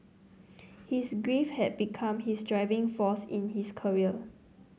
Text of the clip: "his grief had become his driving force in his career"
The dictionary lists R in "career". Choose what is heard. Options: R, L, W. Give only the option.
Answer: L